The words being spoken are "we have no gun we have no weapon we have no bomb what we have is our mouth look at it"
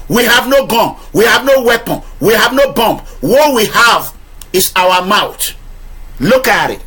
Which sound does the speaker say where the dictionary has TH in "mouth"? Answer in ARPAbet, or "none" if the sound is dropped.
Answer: T